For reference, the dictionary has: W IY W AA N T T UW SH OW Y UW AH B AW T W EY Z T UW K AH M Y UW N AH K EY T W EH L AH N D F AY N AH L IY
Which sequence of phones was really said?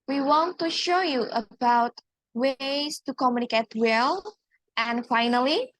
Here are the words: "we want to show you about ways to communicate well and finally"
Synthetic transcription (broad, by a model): W IY W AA N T T UW SH OW Y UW AH B AW T W EY S T UW K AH M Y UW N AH K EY T W EH L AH N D F AY N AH L IY